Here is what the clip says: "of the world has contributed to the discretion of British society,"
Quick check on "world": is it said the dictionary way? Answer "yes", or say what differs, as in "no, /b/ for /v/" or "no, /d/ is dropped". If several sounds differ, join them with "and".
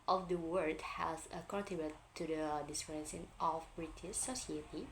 no, /l/ is dropped